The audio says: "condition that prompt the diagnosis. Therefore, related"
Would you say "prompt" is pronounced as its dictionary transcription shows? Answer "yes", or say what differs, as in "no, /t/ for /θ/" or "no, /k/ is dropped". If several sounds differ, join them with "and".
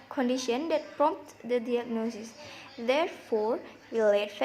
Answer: yes